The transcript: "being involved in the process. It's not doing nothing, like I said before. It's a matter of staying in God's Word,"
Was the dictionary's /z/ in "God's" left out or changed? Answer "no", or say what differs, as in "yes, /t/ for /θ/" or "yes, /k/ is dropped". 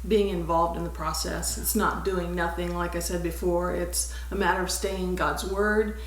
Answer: no